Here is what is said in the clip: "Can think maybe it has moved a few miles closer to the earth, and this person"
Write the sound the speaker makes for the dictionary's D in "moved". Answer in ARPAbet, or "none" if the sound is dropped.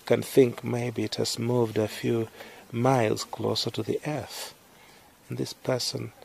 D